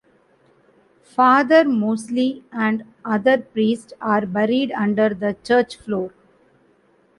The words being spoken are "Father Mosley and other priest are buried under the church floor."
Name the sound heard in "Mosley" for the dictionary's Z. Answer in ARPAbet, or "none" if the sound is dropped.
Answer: S